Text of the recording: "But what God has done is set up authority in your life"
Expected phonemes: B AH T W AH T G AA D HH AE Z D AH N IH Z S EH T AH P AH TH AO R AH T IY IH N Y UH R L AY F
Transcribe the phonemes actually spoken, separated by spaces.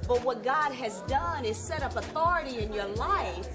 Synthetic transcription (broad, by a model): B AH T W AH T G AA D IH Z D AH N IH Z S EH T AH P AH TH AO R AH T IY IH N Y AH R L AY F